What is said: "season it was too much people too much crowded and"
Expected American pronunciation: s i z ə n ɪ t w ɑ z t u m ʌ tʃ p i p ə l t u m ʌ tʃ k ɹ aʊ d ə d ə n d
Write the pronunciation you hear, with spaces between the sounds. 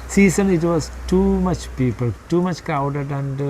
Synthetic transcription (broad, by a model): s i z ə n ɪ t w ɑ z t u m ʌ tʃ p i p ə l t u m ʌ tʃ k aʊ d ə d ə n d